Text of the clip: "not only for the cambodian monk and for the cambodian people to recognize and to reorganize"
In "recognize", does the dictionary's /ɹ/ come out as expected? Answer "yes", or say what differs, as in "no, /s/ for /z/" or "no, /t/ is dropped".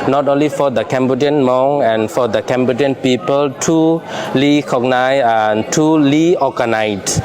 no, /l/ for /ɹ/